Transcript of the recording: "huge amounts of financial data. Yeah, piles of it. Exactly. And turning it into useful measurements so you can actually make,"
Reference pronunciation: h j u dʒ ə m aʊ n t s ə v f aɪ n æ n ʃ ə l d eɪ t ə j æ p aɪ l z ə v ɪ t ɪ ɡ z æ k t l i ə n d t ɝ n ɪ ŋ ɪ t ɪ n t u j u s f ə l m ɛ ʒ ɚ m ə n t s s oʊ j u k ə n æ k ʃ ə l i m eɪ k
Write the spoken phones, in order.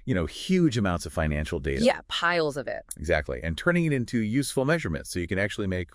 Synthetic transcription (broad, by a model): h j u dʒ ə m aʊ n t s ə v f aɪ n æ n ʃ l d eɪ t ə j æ p aɪ l z ə v ɪ t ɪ ɡ z æ k t l i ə n t ɝ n ɪ ŋ ɪ t ɪ n t u j u s f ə l m ɛ ʒ ɚ m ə n t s s oʊ j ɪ k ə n æ k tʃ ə l i m eɪ k